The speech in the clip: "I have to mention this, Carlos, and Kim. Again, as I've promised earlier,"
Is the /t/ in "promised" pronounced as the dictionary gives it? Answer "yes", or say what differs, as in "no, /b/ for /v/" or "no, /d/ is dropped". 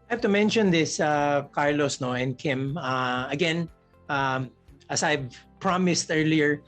yes